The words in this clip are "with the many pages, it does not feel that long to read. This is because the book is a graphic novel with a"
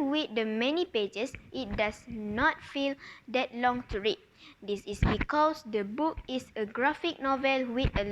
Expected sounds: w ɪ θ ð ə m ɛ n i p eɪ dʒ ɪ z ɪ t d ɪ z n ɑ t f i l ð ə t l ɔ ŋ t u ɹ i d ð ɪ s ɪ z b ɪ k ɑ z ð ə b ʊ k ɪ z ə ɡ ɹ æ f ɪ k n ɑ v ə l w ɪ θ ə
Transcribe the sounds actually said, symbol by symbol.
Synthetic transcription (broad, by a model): w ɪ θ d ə m ɛ n i p eɪ dʒ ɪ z ɪ t d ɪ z n ɑ t f i l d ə t l ɔ ŋ t u ɹ i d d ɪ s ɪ s b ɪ k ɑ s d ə b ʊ k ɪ s ə ɡ ɹ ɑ f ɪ k n ɑ v ə l w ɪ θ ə